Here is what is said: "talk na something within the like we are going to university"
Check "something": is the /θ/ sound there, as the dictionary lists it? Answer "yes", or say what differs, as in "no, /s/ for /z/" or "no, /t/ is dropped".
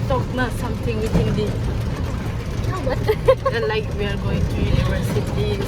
no, /t/ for /θ/